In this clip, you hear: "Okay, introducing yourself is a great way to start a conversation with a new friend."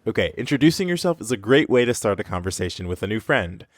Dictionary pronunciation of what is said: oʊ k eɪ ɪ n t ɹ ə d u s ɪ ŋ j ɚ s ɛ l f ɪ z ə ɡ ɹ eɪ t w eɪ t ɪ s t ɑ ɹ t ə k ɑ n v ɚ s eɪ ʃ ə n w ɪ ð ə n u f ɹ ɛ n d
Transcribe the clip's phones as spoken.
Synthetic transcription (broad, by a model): oʊ k eɪ ɪ n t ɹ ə d u s ɪ ŋ j ɚ s ɛ l f ɪ z ə ɡ ɹ eɪ t w eɪ t ɪ s t ɑ ɹ t ə k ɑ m v ɚ s eɪ ʃ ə n w ɪ ð ə n u f ɹ ɛ n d